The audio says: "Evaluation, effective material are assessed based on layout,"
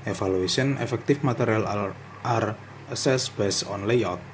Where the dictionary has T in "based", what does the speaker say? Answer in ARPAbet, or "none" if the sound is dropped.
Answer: none